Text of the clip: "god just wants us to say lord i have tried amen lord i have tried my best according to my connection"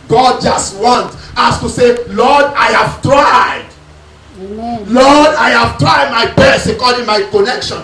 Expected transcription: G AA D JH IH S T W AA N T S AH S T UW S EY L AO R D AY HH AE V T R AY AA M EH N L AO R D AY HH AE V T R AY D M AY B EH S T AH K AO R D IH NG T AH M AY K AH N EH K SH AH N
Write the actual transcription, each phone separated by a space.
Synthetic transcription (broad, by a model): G AA D JH IH S T W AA N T AA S T UW S EY L AO D AY HH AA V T R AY AA IH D L AO D AY HH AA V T R AY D M AY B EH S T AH K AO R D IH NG M AY K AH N EH K SH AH N